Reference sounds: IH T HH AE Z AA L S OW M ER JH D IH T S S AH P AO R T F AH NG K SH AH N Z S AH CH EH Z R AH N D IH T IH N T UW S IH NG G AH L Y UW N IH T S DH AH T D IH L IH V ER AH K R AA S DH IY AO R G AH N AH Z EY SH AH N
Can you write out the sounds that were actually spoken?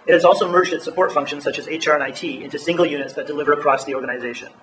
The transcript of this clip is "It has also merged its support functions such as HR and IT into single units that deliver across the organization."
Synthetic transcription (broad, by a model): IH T HH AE Z AA L S OW M ER JH D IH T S S AH P AO R T F AH NG K SH AH N Z S AH CH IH Z R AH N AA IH T IH N T UW S IH NG G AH L Y UW N IH T S DH AH T D IH L IH V ER AH K R AA S DH IY AO R G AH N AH Z EY SH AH N